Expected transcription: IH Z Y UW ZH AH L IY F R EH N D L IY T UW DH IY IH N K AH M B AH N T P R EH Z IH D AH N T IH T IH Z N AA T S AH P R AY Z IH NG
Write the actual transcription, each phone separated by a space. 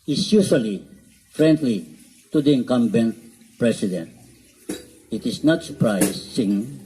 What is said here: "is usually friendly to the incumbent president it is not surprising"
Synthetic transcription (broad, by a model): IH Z Y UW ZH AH L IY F R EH N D L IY T UW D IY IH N K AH M B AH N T P R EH S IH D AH N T IH T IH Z N AA T S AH P R AY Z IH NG